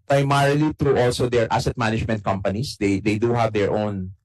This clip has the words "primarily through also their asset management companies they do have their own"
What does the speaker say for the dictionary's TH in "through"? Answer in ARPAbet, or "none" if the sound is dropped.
T